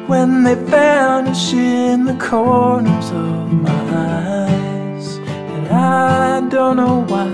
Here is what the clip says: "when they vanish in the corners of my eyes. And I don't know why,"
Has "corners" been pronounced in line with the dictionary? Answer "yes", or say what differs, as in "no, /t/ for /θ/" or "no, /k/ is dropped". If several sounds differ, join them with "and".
yes